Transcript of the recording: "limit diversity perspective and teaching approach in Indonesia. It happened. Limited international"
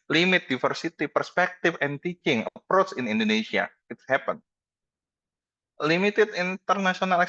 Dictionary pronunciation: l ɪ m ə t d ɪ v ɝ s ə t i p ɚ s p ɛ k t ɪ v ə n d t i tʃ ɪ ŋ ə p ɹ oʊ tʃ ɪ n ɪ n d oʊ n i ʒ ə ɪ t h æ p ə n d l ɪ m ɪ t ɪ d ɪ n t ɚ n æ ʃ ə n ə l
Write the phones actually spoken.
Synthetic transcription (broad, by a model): l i m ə t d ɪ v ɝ s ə t i p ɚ s p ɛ k t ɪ f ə n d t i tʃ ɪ ŋ ə p ɹ oʊ tʃ ɪ n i n d oʊ n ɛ s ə ɪ t h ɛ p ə n l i m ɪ t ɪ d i n t ɚ n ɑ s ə n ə l